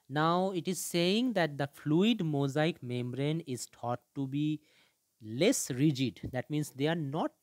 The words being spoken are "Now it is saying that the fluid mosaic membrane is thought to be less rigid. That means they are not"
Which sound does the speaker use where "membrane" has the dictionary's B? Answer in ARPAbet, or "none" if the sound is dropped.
B